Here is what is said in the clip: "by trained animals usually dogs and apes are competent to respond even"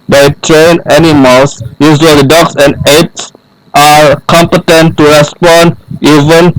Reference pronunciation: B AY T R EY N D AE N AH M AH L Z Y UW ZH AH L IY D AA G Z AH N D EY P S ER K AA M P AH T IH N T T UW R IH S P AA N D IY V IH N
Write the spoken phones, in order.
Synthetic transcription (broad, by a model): B AY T R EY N AE N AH M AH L S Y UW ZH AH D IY D AA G S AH N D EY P S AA K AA M P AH T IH N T T UW R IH S P AA N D IY V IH N